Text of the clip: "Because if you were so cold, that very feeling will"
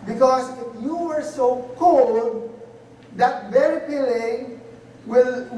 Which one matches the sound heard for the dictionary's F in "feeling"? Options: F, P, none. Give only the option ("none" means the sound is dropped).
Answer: P